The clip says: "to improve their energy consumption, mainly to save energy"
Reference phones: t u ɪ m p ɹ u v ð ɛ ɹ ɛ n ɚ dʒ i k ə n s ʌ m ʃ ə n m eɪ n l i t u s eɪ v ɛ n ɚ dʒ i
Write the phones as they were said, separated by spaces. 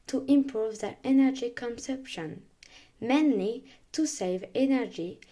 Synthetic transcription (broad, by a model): t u ɪ m p ɹ u v ð ɛ ɹ ɛ n ɚ dʒ i k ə n s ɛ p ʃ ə n m eɪ n l i t u s eɪ v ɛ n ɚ dʒ i